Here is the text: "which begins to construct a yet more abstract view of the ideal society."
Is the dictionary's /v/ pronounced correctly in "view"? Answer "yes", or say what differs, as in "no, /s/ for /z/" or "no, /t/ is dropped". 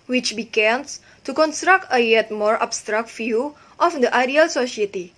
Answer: no, /f/ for /v/